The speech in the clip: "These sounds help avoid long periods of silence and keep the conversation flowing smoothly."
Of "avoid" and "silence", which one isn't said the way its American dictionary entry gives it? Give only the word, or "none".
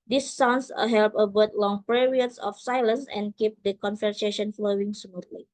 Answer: avoid